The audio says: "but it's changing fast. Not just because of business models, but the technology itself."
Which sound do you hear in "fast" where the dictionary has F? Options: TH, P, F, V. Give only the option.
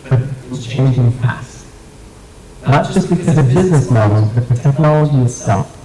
P